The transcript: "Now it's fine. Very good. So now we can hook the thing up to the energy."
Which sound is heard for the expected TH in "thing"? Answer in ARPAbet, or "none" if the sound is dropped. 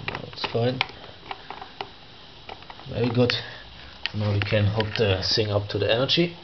S